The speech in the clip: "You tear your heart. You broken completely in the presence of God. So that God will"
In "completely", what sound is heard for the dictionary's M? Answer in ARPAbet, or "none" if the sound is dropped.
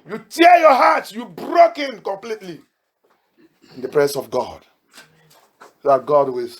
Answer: M